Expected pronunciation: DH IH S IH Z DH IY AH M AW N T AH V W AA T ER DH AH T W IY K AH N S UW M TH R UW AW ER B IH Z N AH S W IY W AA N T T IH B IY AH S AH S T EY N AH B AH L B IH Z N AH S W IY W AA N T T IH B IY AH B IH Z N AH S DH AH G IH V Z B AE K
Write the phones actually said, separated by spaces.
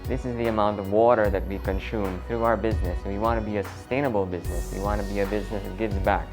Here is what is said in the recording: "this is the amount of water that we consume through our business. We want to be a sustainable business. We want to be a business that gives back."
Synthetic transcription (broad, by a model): DH IH S IH Z DH IY AH M AW N T AH V W AA T ER DH AH T W IY K AH N S UW M TH R UW AW ER B IH Z N AH S W IY W AA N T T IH B IY AH S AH S T EY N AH B L B IH Z N AH S W IY W AA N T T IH B IY AH B IH Z N AH S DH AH G IH V Z B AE K